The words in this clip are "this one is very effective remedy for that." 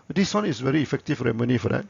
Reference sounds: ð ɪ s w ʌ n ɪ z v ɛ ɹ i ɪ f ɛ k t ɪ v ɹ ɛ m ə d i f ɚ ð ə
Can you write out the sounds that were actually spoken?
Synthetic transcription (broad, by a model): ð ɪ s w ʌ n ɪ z v ɛ ɹ i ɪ f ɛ k t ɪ f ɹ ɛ m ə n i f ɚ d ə